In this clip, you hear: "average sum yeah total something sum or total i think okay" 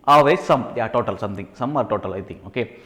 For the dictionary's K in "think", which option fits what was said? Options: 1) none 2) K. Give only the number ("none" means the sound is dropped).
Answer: 1